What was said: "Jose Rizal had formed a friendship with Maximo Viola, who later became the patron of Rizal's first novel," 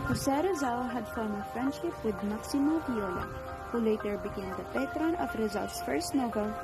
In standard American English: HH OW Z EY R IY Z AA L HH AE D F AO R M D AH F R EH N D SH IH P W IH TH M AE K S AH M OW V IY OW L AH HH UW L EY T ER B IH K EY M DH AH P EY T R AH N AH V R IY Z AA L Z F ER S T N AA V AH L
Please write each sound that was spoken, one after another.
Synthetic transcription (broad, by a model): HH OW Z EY R IY Z AA L HH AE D F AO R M AH F R EH N D SH IH P W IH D M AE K S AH M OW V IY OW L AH HH UW L EY T ER B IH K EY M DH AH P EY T R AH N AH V R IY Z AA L S F ER S T N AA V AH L